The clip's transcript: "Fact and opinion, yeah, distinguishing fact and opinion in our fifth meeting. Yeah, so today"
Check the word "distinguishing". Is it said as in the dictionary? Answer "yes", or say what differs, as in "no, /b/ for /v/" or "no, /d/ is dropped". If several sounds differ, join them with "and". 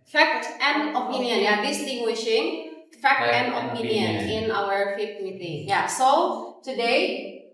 yes